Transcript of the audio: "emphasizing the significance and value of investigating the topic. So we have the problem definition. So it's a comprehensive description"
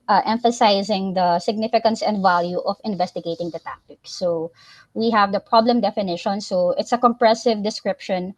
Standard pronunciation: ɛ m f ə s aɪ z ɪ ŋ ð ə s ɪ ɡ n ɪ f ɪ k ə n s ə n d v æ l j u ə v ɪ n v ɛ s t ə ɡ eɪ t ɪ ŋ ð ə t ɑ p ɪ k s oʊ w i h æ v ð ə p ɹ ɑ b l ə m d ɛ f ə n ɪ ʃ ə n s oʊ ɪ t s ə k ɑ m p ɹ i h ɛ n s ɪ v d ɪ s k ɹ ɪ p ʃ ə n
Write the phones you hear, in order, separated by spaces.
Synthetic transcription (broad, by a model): ɛ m f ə s aɪ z ɪ ŋ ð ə s ɪ ɡ n ɪ f ɪ k ə n s ə n d v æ l j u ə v ɪ n v ɛ s t ə ɡ eɪ t ɪ ŋ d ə t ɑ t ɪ k s oʊ w i h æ v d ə p ɹ ɑ b l ə m d ɛ f ə n ɪ ʃ ə n s oʊ ɪ t s ə k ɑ m p ɹ ɛ s ɪ v d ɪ s k ɹ ɪ p ʃ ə n